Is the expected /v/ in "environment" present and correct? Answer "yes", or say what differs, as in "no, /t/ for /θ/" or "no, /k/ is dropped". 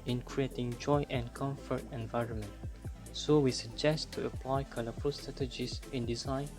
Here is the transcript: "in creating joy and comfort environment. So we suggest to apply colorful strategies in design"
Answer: yes